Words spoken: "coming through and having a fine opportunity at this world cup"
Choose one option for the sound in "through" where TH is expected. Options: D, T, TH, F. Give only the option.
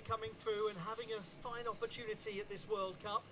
TH